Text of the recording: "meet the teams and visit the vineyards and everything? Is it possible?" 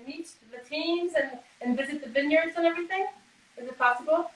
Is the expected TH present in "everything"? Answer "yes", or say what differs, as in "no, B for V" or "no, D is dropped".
yes